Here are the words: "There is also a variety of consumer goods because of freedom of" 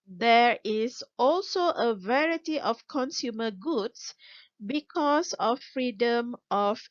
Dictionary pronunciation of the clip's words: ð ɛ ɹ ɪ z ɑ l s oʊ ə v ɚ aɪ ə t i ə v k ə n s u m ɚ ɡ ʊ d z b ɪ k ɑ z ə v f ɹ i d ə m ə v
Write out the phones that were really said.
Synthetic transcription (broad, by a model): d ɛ ɹ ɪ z ɑ l s oʊ ə v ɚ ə t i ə f k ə n s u m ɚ ɡ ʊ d s b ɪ k ɑ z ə f ɹ i d ə m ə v